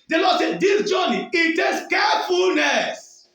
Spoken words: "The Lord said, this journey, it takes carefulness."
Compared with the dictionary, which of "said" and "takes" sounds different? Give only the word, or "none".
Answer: takes